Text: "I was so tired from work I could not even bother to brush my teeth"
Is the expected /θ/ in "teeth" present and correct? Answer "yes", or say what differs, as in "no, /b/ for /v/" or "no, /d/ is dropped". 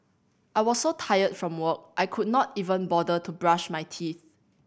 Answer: yes